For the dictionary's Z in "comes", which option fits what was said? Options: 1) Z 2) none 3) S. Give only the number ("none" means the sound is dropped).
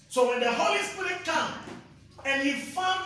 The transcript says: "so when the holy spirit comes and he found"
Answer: 2